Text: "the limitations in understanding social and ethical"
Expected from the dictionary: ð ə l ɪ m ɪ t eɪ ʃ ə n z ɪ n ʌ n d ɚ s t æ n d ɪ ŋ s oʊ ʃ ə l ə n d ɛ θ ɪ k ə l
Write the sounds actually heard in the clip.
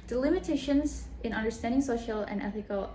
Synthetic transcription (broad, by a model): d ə l ɪ m ɪ t eɪ ʃ ə n z ɪ n ʌ n d ɚ s t æ n d ɪ ŋ s oʊ ʃ ə l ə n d ɛ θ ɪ k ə l